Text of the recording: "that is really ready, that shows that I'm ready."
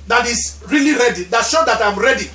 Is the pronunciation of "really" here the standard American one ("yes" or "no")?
yes